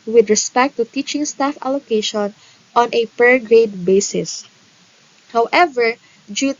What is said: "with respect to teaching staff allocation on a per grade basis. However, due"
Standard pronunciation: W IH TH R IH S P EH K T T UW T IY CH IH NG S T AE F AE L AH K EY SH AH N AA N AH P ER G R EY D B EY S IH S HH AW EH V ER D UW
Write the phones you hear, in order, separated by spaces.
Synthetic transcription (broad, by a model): W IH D R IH S P EH K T T UW T IY CH IH NG S T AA F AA L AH K EY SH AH N AA N AH P ER G R EY D B EY S IH S HH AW EH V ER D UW